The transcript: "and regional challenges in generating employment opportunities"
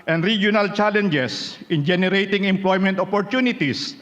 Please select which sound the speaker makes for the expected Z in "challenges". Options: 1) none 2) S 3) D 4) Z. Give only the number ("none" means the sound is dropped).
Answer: 2